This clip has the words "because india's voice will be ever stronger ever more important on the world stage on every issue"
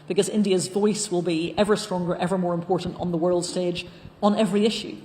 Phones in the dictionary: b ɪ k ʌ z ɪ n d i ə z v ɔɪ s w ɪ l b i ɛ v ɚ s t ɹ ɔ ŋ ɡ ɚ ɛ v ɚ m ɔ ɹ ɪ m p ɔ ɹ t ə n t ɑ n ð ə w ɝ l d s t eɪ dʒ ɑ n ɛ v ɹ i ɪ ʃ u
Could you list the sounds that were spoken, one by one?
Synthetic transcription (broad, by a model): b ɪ k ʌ z ɪ n d i ə z v ɔɪ s w ɪ l b i ɛ v ɚ s t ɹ ɔ ŋ ɡ ɚ ɛ v ɚ m ɔ ɹ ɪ m p ɔ ɹ t n t n ð ə w ɝ l d s t eɪ dʒ n ɛ v ɹ i ɪ ʃ u